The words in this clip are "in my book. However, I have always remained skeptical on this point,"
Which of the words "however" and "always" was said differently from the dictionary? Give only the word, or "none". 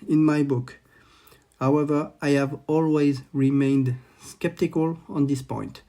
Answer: none